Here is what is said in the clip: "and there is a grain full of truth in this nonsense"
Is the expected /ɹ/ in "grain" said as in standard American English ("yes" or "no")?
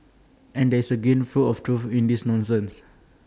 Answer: no